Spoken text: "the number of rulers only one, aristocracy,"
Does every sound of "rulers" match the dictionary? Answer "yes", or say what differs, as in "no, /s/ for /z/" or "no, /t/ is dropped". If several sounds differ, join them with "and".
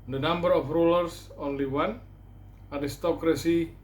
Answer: no, /s/ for /z/